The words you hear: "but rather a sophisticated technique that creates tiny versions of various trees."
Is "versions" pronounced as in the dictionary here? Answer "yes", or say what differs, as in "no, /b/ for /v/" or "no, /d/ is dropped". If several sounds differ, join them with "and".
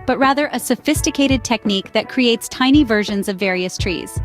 yes